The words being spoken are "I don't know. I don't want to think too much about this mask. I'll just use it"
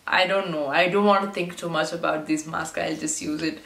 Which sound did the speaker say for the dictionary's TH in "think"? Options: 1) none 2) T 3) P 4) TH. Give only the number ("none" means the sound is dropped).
2